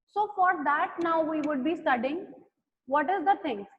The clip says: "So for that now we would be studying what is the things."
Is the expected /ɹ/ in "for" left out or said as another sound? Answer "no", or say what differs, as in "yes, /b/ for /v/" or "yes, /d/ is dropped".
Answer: no